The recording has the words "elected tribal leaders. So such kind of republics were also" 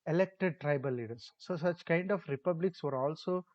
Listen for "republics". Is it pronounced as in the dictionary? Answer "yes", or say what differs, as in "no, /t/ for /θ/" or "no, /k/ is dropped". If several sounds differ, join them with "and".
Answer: yes